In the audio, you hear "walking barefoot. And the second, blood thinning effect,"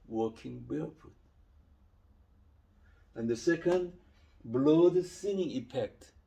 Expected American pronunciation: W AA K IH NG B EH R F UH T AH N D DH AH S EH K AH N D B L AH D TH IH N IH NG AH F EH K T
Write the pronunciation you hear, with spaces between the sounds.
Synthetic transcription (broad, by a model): W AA K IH NG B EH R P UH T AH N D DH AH S EH K AH N D B L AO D S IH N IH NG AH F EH K T